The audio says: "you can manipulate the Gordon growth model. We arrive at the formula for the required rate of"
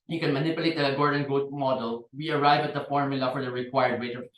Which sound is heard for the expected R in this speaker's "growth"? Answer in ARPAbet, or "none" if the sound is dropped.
none